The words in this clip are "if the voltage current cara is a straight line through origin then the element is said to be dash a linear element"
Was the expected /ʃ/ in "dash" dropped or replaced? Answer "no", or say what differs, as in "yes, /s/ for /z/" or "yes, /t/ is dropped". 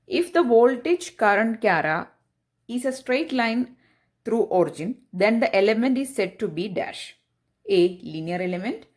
no